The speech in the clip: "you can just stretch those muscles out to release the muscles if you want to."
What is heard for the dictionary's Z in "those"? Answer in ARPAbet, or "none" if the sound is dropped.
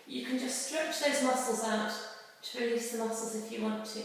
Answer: Z